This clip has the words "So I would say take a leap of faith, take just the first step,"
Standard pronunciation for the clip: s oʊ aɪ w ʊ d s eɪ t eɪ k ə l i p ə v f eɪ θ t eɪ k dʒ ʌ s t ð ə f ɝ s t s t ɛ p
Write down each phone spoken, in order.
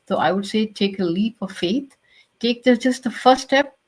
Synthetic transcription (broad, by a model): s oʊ aɪ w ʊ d s eɪ t eɪ k ə l i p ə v f eɪ t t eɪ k dʒ ʌ s t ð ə f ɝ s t s t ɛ p